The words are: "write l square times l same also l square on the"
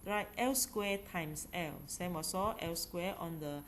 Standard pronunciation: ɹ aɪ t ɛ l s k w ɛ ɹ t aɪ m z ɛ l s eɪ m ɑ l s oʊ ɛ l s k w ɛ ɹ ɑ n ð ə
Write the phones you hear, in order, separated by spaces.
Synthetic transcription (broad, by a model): ɹ aɪ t ɛ l s k w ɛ t aɪ m s ɛ l s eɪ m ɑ s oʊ ɛ l s k w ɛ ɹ ɑ n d ə